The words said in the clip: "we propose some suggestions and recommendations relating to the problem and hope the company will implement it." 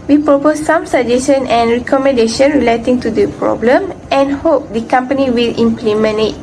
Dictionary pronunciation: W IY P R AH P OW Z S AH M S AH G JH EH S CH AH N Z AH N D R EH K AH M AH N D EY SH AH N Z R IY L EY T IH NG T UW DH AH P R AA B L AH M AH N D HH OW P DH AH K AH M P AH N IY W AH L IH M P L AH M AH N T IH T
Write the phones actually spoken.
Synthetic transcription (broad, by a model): W IY P R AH P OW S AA M S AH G JH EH S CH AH N AH N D R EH K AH M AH N D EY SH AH N R IY L EY T IH NG T UW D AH P R AA B L AH M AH N HH OW P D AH K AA M P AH N IY W AH L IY M P L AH M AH N IH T